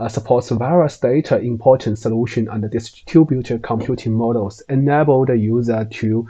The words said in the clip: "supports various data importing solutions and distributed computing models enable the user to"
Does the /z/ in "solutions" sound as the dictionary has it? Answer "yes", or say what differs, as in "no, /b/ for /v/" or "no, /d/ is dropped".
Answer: no, /z/ is dropped